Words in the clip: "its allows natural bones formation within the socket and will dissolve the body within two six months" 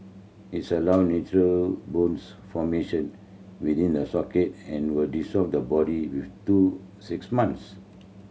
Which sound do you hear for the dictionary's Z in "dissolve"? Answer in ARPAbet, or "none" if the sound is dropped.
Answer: S